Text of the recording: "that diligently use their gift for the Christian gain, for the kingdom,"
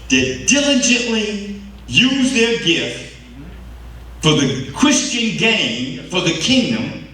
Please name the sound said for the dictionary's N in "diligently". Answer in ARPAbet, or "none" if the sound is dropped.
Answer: N